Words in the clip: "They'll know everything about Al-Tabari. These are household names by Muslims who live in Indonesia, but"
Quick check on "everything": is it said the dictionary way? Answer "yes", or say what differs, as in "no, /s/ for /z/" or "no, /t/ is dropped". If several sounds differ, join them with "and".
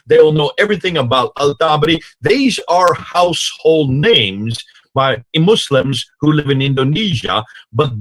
yes